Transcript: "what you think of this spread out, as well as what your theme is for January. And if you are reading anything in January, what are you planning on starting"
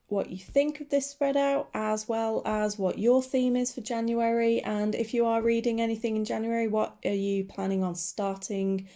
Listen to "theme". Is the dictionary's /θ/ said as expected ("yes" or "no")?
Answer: yes